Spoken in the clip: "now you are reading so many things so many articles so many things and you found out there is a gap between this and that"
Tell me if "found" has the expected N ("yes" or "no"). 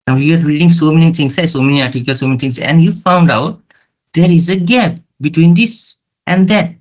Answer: yes